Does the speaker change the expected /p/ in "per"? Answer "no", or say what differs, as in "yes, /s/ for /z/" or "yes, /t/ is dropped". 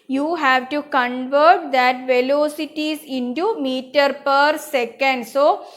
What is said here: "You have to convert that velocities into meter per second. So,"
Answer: no